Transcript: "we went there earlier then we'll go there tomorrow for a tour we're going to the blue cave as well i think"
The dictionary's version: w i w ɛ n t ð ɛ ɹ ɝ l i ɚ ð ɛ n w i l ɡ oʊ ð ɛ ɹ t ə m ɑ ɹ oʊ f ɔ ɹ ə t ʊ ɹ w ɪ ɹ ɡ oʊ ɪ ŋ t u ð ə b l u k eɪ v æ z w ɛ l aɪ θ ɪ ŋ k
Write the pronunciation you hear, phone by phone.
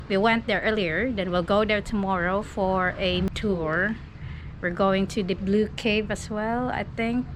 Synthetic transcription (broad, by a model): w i w ɛ n t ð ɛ ɹ ɝ l i ɚ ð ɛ n w i l ɡ oʊ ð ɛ ɹ t ə m ɑ ɹ oʊ f ɔ ɹ ə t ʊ ɹ w ɪ ɹ ɡ oʊ ɪ ŋ t u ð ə b l u k eɪ v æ s w ɛ l aɪ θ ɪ ŋ k